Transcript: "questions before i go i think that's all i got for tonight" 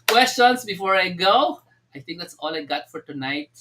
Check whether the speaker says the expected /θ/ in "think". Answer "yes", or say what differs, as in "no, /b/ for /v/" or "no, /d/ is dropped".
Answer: no, /t/ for /θ/